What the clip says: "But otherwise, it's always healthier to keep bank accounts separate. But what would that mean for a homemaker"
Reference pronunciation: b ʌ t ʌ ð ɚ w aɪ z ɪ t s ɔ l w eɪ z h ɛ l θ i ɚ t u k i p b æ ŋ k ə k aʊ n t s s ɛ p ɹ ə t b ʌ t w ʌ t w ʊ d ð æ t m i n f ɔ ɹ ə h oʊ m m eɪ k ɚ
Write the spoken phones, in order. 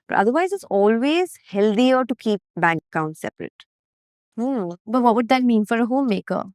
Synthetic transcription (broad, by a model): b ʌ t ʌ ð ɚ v aɪ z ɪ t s ɔ l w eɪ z h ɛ l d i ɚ t u k i p b æ ŋ k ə ʊ n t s s ɛ p ɹ ə t b ʌ t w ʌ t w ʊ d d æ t m i n f ɔ ɹ ə h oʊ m m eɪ k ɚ